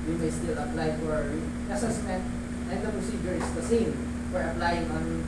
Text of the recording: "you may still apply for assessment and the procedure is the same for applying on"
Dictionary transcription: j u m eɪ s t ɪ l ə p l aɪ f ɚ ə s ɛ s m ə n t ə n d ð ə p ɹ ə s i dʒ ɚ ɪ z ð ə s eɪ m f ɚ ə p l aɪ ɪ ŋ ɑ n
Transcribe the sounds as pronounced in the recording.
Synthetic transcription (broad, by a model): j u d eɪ s t ɪ l ə p l aɪ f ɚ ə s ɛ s ə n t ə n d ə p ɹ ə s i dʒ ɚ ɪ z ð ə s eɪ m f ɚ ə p l aɪ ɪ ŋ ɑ n